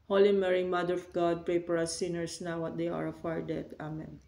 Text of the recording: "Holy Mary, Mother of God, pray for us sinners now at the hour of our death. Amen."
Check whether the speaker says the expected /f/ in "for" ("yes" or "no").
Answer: no